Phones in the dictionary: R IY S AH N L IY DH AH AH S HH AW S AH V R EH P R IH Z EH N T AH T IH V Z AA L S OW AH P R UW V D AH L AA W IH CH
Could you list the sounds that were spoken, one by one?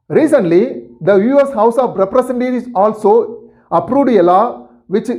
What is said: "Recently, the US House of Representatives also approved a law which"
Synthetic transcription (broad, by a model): R IY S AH N L IY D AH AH S HH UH S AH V R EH P R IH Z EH N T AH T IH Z AA L S OW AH P R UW D AH L AA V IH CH